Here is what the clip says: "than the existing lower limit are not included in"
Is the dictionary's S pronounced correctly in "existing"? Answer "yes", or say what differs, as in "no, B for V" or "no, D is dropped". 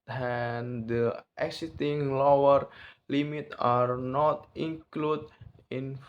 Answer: no, S is dropped